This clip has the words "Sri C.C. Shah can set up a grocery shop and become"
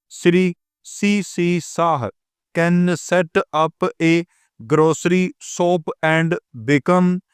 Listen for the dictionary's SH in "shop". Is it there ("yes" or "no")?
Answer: no